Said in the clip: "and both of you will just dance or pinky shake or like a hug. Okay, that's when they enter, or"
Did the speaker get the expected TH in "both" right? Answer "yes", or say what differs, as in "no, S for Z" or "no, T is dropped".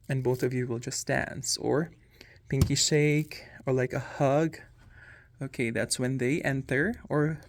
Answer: yes